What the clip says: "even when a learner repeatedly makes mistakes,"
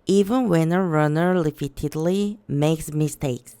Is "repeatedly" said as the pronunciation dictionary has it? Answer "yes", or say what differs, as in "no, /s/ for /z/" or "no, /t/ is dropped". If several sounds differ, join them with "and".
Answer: no, /l/ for /ɹ/